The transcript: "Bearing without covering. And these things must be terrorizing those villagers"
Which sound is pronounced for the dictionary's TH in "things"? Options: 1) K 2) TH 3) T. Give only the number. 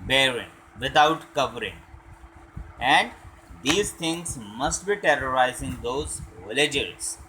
3